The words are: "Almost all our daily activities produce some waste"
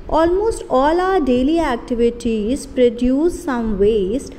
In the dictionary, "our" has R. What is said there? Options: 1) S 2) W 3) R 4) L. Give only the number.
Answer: 3